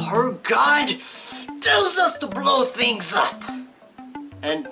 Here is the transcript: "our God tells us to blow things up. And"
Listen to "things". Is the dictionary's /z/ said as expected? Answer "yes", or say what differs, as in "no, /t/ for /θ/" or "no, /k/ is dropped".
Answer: yes